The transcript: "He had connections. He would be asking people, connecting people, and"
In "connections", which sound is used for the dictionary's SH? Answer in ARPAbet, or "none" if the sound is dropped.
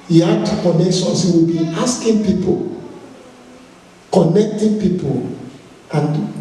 S